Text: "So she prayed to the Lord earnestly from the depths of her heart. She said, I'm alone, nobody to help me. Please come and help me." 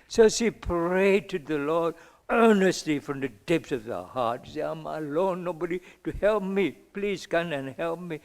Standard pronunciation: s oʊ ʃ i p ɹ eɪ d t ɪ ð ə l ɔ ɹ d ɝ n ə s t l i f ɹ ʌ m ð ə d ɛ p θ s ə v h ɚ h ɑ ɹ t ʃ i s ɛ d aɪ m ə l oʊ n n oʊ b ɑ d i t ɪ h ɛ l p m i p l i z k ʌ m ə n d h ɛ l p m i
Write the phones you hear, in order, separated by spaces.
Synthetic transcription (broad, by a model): s oʊ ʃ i p ɹ eɪ d t ɪ ð ə l ɔ ɹ d ɝ n ə s t l i f ɹ ʌ m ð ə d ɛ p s ə v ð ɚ h ɑ ɹ t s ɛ aɪ m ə l oʊ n n oʊ b ɑ d i t ɪ h ɛ l p m i p l i z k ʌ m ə n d h ɛ l p m i